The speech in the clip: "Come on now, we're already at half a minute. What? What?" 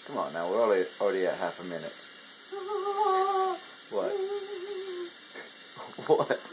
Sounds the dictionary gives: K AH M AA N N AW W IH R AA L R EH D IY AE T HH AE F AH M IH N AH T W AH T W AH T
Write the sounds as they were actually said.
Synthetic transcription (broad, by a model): K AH M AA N N AW W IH L AA L R EH D IY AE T HH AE F AH M IH N AH T W AH T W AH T